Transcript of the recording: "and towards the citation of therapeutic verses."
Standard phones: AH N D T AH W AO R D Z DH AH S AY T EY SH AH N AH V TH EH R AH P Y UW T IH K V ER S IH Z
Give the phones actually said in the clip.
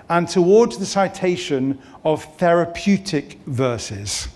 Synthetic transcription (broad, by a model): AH N T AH W AO D Z DH AH S AY T EY SH AH N AH V TH EH R AH P Y UW T IH K V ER S IH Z